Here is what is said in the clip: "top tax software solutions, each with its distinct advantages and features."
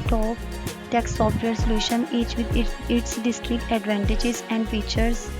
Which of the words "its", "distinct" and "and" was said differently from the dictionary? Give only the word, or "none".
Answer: distinct